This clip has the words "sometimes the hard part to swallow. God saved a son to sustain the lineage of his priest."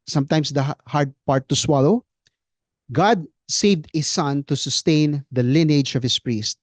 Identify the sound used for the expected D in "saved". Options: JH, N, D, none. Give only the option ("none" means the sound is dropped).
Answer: D